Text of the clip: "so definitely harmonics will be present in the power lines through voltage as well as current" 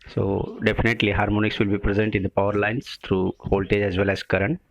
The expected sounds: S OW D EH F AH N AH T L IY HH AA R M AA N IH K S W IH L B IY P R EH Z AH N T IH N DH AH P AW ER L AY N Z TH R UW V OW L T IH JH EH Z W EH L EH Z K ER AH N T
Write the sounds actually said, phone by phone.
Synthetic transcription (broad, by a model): S OW D EH F AH N AH T L IY HH AA R M AA N IH K S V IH L B IY P R EH Z AH N T IH N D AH P AW ER L AY N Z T R UW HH OW L T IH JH EH Z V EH L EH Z K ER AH N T